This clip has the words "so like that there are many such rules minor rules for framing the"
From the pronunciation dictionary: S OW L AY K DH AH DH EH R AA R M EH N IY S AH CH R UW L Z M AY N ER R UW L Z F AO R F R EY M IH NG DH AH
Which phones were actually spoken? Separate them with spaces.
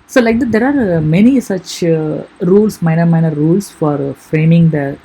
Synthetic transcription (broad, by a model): S OW L AY K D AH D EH R AA R M EH N IY S AH CH R UW L S M AY N ER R UW L S F AO R F R EY M IH NG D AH